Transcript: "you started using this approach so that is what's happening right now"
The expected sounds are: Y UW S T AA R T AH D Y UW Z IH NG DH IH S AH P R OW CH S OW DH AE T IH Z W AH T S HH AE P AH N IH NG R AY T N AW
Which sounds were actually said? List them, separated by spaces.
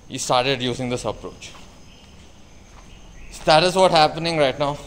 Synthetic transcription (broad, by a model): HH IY S T AA R T AH D Y UW Z IH NG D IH S AH P R OW CH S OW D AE T IH Z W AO T HH AE P AH N IH NG R AY T N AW